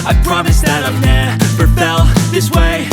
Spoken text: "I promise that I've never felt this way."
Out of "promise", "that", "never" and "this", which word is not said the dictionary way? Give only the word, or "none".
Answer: never